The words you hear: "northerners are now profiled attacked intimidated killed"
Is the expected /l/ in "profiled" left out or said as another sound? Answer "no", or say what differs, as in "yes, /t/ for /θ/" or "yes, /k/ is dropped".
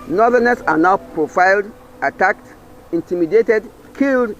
no